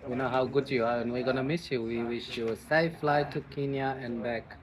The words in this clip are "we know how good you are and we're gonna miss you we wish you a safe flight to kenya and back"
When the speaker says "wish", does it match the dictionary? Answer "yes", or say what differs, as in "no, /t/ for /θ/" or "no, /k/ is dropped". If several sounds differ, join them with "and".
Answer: yes